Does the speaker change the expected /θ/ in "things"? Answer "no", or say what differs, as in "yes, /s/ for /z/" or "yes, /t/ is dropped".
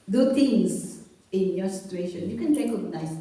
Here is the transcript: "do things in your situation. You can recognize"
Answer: yes, /t/ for /θ/